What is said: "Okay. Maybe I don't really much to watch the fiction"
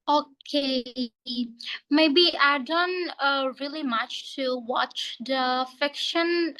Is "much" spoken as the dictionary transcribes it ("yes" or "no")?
yes